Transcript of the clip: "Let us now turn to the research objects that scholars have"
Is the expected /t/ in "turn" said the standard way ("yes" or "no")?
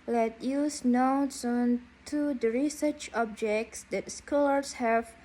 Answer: no